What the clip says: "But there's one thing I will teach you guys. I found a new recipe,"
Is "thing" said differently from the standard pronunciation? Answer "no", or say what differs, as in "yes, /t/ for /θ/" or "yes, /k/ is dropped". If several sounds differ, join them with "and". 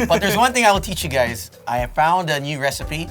no